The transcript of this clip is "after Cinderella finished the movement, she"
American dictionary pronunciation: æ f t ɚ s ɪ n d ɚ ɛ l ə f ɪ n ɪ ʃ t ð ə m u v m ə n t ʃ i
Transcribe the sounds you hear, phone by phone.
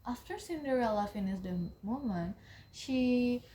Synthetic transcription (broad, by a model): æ f t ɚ s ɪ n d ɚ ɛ l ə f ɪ n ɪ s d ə m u m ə n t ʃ i